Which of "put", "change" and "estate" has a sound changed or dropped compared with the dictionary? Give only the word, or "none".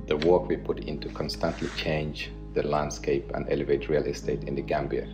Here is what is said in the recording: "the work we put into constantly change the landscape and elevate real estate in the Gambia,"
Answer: none